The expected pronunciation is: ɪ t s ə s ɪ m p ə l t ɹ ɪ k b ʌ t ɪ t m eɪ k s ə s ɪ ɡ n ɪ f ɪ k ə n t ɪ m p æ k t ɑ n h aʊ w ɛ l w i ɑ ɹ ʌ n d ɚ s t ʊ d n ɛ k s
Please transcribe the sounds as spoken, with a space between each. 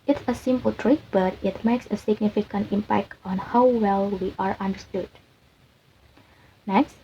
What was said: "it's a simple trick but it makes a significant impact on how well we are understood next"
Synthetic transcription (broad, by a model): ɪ t s ə s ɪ m p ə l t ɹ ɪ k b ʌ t ɪ t m eɪ k s ə s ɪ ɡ n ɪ f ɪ k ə n t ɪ m p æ k t ɑ n h aʊ w ɛ l w i ɑ ɹ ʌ n d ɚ s t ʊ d n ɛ k s